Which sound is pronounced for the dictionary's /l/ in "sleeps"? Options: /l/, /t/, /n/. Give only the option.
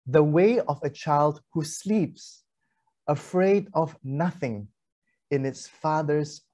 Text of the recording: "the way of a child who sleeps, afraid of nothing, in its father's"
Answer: /l/